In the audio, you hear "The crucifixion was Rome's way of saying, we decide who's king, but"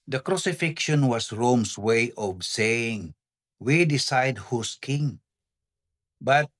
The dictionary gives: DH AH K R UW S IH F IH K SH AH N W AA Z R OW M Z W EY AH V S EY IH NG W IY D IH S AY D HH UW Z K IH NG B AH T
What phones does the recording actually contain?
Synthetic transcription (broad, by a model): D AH K R UW S IH F IH K SH AH N W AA S R OW M S W EY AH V S EY IH NG W IY D IH S AY D HH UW S K IH NG B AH T